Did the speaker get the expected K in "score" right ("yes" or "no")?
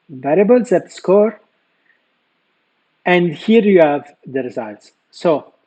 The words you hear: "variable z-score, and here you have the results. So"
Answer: yes